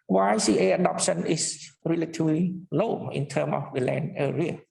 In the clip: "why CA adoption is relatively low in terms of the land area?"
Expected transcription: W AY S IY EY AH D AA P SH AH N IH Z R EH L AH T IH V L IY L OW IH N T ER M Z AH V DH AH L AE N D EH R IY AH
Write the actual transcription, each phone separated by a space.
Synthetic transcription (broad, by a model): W AY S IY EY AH D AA P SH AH N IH S R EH L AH T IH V L IY L OW IH N T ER M AH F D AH L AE N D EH R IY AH